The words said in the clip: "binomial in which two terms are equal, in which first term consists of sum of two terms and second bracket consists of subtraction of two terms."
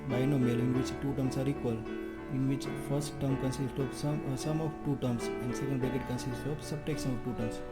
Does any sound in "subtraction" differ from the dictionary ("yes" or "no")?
yes